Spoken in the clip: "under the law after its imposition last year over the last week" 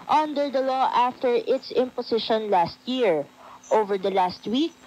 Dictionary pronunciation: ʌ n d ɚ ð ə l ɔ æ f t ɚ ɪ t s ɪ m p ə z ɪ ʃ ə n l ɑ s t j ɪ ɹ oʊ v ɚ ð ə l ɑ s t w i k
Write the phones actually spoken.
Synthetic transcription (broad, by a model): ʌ n d ɚ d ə l ɔ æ f t ɚ ɪ t s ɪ m p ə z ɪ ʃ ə n l ɑ s t j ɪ ɹ oʊ v ɚ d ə l ɑ s t w i k